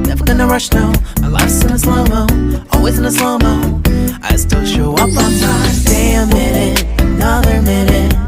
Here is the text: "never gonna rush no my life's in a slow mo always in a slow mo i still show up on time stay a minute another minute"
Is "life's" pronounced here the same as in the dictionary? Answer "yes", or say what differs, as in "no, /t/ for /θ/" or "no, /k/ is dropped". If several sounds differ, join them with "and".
no, /f/ is dropped